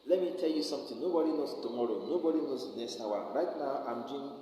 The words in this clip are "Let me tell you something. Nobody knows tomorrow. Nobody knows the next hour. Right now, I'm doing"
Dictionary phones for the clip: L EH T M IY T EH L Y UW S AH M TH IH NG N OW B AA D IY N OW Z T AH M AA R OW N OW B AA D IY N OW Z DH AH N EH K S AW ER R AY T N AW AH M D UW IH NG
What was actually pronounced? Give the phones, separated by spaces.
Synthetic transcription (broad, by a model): L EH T M IY T EH L Y UW S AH M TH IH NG N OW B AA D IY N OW S T AH M AA R OW N OW B AA D IY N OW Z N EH S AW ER R AY T N AW AH M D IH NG